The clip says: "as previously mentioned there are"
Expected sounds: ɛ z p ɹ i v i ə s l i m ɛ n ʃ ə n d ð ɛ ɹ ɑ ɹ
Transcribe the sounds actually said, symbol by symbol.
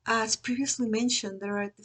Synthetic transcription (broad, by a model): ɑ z p ɹ i v i ə s l i m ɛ n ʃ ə n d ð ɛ ɹ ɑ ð